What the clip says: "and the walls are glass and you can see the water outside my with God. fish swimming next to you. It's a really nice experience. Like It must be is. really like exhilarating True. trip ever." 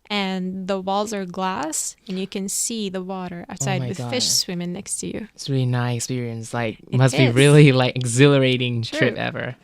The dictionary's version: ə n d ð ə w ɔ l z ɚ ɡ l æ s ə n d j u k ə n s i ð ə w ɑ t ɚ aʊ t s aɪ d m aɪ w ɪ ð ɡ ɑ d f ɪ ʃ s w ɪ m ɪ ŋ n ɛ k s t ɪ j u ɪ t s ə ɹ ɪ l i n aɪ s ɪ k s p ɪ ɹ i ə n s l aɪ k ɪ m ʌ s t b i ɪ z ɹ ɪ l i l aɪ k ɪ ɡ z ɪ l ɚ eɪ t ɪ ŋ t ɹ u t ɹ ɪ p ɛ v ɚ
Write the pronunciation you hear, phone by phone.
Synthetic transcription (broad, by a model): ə n ð ə w ɔ l z ɚ ɡ l æ s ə n j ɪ k ə n s i ð ə w ɑ t ɚ aʊ t s aɪ d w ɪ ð f ɪ ʃ s w ɪ m ɪ ŋ n ɛ k s t ɪ j u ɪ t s ɹ ɪ l i n aɪ ɪ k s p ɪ ɹ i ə n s l aɪ k m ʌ s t b i ɹ ɪ l i l aɪ k ɪ ɡ z ɪ l ɚ eɪ t ɪ ŋ t ɹ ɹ ɪ p ɛ v ɚ